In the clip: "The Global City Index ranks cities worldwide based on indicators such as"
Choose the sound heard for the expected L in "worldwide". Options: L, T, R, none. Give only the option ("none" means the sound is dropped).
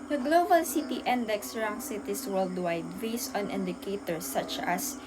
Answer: L